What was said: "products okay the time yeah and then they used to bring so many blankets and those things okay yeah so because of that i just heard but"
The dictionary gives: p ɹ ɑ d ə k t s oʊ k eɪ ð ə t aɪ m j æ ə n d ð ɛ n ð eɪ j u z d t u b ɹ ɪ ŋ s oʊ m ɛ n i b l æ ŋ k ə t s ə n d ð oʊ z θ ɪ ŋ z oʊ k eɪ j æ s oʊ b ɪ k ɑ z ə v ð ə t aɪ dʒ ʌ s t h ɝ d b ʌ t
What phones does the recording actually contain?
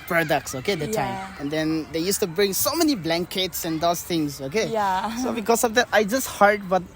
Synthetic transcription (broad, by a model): p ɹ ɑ d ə k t s oʊ k eɪ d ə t aɪ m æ ə n d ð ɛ n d eɪ j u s t u b ɹ ɪ ŋ s oʊ m ɛ n i b l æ ŋ k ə t s ə n d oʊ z t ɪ ŋ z oʊ k eɪ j s oʊ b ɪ k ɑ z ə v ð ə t aɪ dʒ ʌ s t h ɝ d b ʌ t